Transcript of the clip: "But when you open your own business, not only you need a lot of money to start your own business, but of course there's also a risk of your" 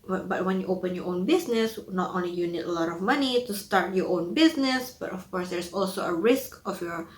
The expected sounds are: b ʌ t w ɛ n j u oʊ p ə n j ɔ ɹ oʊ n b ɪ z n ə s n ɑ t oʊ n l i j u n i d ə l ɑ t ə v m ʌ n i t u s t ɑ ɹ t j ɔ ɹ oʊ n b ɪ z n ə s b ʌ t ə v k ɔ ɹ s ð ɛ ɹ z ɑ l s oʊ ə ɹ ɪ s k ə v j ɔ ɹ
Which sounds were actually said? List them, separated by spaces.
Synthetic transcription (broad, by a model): b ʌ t w ɛ n j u oʊ p ə n j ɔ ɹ oʊ n b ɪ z n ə s n ɑ t oʊ n l i j u n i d ə l ɑ t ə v m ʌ n i t u s t ɑ ɹ t j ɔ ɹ oʊ n b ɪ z n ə s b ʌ t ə f k ɔ ɹ s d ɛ ɹ s ɑ l s oʊ ə ɹ ɪ s k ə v j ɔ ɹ